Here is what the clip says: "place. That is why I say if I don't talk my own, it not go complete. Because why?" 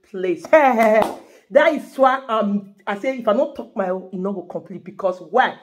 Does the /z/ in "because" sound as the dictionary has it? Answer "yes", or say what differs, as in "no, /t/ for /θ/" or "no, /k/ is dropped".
no, /s/ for /z/